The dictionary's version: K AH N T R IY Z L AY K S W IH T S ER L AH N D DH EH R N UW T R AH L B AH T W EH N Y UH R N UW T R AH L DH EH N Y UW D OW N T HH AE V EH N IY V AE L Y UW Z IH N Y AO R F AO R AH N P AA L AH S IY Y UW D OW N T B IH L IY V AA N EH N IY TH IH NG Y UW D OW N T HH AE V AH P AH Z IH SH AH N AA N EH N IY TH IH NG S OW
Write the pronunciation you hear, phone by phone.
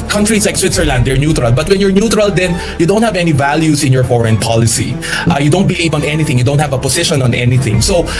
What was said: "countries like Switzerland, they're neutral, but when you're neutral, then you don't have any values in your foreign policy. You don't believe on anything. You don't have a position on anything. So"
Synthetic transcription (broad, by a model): K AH N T R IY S L AY K S W IH T S ER L AH N D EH R N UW T R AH L B AH T W EH N Y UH R N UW T R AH L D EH N Y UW D OW N T HH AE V EH N IY V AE L Y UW S IH N Y AO R F AO R AH N P AA L AH S IY Y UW D OW N T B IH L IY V AA N EH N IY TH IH NG Y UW D OW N T HH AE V AH P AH S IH SH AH N AA N EH N IY TH IH NG S OW